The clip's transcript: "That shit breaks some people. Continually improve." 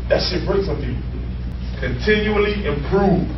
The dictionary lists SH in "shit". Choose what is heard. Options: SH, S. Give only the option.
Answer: S